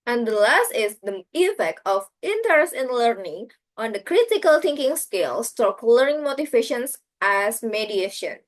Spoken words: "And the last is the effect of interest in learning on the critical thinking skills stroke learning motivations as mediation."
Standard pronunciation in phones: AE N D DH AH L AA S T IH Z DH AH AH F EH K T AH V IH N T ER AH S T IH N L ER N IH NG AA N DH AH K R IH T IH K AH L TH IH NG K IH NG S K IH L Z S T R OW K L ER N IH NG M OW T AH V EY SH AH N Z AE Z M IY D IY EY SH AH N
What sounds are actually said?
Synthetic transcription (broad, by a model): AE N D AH L AA S T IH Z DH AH AH F EH K T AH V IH N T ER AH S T IH N L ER N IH NG AA N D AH K R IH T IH K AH L T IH NG K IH NG S K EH L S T OW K L ER N IH NG M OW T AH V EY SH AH N S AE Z M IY D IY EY SH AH N